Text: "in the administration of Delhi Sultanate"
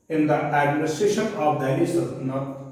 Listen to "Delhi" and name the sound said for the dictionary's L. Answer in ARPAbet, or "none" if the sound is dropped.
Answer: N